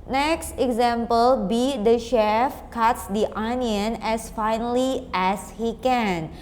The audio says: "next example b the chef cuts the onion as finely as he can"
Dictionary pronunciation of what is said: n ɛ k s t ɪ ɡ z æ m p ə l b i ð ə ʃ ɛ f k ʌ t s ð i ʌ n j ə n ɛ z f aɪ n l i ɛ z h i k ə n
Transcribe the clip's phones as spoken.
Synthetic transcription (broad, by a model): n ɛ k s t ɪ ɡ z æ m p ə l b i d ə ʃ ɛ f k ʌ t s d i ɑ n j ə n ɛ s f aɪ n l i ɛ s h i k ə n